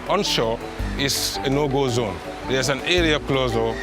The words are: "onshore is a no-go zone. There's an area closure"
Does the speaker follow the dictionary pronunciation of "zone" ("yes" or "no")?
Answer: yes